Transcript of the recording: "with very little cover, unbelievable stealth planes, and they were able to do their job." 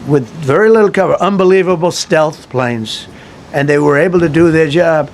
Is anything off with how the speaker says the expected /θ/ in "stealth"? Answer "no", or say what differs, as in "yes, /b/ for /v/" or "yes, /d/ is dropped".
no